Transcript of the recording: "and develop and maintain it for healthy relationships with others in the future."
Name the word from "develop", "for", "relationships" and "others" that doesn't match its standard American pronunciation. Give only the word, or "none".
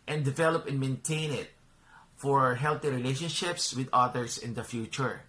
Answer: others